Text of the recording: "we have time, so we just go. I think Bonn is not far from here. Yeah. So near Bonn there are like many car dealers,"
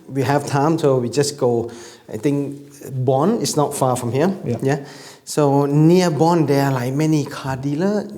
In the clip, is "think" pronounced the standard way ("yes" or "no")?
no